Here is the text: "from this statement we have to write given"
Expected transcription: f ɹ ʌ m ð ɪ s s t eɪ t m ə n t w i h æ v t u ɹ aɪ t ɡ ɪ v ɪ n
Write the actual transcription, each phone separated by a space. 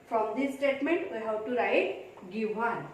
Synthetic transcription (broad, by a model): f ɹ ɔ m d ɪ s s t eɪ t m ə n t w i h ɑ w t u ɹ aɪ t ɡ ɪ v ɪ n